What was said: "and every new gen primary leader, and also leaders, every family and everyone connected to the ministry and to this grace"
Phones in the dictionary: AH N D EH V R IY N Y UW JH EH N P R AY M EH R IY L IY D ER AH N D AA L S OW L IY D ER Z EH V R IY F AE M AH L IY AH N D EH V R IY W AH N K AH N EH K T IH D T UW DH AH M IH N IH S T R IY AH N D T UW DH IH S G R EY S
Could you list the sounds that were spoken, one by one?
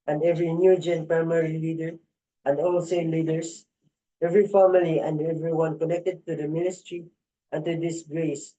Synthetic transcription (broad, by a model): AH N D EH V R IY N Y UW JH EH N P R AY M EH R IY L IY D ER AH N D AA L S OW L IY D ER S EH V R IY F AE M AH L IY AH N D EH V R IY W AH N K AH N EH K T IH D T UW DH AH M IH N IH S T R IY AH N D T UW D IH S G R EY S